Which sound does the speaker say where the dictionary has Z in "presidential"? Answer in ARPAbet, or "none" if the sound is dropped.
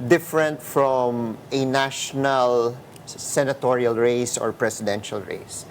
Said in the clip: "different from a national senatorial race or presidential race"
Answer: S